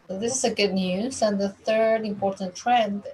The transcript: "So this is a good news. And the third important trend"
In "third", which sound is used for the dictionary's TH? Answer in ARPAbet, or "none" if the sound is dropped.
TH